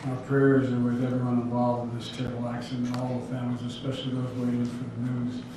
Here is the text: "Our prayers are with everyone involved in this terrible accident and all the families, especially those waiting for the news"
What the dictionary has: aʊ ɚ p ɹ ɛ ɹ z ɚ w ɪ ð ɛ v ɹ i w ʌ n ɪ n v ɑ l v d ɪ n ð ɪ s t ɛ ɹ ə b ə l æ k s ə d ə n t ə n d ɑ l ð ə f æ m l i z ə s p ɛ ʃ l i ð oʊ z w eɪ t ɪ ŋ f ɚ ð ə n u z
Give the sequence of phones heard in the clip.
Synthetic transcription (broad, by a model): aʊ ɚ p ɹ ɛ ɹ z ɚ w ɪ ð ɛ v i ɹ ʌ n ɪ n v ɑ l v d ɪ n ð ɪ s t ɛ ə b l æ k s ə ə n ə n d ɑ l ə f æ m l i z ə s p ɛ ʃ l i ð oʊ z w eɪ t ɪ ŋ f ɚ ð ə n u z